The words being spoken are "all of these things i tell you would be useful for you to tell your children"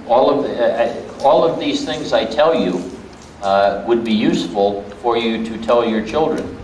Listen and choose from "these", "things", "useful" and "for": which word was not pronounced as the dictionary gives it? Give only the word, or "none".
none